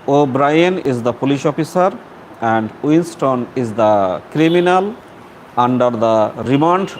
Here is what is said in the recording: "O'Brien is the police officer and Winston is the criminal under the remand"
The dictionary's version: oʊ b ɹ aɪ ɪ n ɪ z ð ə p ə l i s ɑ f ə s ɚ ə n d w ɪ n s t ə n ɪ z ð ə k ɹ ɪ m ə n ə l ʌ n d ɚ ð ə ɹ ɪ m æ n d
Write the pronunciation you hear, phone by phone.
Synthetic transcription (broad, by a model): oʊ b ɹ aɪ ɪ n ɪ z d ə p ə l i ʃ ɑ f ə s ɚ ə n d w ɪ n s t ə n ɪ z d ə k ɹ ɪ m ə n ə l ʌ n d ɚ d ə ɹ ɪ m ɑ n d